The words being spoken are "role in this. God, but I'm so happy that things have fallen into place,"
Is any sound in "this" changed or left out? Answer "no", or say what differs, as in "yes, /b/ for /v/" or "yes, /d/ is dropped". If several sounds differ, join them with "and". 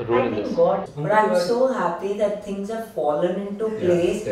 yes, /s/ is dropped